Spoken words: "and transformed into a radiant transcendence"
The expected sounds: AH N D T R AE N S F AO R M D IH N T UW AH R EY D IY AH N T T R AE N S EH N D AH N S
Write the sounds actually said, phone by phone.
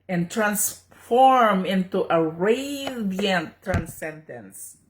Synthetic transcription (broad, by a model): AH N T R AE N S F AO R M IH N T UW AH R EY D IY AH N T T R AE N S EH N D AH N S